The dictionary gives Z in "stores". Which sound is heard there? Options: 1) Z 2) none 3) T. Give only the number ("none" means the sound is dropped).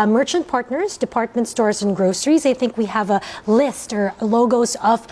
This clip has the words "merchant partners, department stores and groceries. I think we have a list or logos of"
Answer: 1